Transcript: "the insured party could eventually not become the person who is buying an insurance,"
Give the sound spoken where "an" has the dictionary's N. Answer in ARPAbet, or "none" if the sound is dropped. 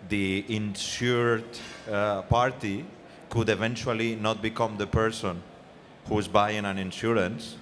N